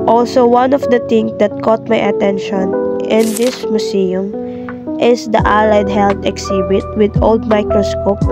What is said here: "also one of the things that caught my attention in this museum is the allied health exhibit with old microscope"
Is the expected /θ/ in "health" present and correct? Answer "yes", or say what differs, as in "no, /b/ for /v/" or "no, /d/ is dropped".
no, /t/ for /θ/